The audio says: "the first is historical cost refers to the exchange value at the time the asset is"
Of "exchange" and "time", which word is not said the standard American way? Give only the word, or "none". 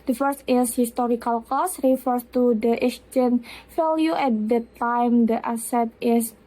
exchange